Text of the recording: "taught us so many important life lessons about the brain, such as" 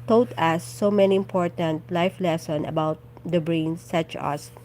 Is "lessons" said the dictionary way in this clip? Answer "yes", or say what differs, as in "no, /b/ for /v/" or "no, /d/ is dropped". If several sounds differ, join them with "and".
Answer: no, /z/ is dropped